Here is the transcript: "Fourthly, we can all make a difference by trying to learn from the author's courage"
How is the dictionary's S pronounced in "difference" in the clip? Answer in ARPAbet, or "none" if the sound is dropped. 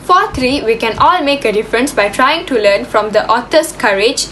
S